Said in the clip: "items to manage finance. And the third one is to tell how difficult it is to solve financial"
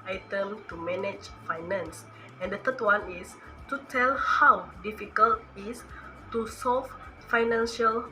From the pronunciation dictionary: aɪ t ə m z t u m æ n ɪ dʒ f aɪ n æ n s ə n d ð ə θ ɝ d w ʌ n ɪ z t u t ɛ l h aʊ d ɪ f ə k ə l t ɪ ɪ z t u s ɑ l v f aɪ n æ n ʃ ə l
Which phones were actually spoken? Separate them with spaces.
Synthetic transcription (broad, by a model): aɪ t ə m t u m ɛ n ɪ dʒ f aɪ n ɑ n s ə n d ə t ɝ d w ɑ n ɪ s t u t ɛ l h aʊ d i f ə k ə l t ɪ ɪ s t u s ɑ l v f aɪ n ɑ n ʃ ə l